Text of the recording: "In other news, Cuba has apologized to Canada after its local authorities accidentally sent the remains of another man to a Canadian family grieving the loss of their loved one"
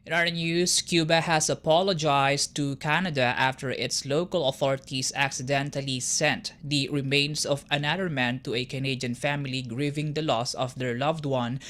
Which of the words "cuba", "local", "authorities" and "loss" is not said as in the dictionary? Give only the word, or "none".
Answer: authorities